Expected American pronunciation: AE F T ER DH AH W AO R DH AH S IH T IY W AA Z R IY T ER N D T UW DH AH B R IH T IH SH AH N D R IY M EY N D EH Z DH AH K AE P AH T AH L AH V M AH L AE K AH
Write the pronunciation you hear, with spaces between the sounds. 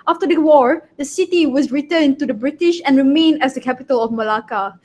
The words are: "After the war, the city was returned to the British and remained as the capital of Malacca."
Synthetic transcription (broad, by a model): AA F T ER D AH W AO R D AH S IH T IY W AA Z R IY T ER N T UW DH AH B R IH T IH SH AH N R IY M EY N EH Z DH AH K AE P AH T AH L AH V M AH L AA K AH